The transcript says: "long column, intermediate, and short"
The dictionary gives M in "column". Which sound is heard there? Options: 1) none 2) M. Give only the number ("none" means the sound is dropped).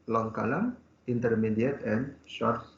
1